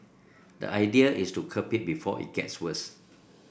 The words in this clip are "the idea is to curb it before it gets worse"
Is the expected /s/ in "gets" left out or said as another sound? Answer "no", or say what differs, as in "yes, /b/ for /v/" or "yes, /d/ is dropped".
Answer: no